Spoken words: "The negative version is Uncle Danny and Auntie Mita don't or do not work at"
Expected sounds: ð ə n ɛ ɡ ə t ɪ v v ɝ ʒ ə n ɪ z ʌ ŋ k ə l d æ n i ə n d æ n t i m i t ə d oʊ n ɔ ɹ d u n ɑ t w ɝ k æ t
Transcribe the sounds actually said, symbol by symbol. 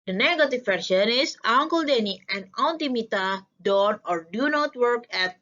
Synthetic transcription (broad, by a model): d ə n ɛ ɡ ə t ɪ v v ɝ ʃ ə n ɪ s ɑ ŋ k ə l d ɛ n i ə n d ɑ n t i m i t ə d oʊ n ɔ ɹ d u n ɑ t w ɝ k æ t